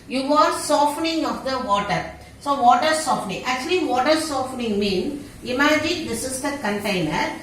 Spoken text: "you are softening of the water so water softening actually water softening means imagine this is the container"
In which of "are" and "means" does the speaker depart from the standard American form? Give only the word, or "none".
means